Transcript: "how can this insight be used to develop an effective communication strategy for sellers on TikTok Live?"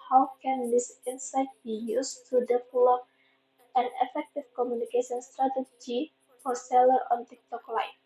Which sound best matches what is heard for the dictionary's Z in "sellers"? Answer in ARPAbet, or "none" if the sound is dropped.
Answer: none